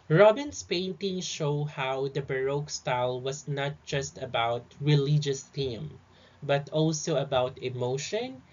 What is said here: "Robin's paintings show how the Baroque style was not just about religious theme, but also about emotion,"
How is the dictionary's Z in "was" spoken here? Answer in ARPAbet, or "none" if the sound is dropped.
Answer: S